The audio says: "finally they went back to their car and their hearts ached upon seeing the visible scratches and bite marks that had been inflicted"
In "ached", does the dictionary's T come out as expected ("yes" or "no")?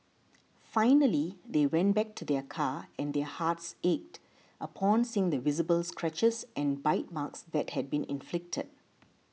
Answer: yes